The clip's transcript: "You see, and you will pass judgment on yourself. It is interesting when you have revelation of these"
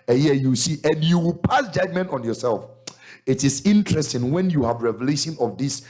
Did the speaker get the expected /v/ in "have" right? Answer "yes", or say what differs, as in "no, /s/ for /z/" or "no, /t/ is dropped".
yes